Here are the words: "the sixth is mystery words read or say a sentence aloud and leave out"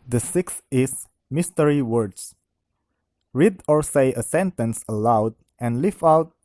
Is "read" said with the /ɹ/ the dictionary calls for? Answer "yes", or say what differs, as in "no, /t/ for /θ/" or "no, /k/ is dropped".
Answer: yes